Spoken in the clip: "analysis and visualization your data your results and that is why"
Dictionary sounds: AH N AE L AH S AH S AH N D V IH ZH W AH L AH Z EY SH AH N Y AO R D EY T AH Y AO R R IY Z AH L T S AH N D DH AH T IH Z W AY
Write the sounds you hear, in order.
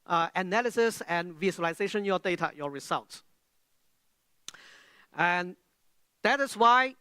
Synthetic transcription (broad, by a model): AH N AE L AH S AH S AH N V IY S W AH L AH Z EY SH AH N Y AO D EY T AH Y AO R R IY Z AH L T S AH N D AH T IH S W AY